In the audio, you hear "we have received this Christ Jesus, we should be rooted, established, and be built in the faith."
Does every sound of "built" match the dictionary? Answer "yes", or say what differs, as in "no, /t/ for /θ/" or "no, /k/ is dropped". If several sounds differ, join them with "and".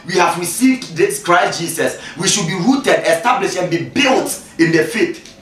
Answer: yes